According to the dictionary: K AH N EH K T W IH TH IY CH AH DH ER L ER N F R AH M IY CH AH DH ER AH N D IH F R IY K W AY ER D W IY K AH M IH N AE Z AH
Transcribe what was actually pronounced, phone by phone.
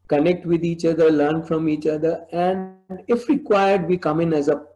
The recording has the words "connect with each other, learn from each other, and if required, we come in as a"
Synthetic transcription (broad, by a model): K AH N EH K T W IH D IY CH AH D ER L ER N F R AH M IY CH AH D ER AH N D IH F R IY K W AY ER D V IY K AH M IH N AE Z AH